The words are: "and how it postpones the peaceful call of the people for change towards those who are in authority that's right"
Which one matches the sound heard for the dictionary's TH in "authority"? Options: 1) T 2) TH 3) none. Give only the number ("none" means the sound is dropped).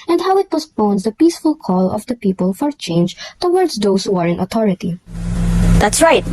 1